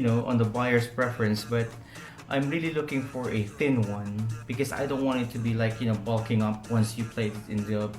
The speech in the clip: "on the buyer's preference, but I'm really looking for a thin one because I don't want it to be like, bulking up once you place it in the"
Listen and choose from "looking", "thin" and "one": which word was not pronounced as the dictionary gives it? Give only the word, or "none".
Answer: none